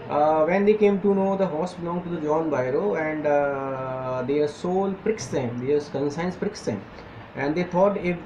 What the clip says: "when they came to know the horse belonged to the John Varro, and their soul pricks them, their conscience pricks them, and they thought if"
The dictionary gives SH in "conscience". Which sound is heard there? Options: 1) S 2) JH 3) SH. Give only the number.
1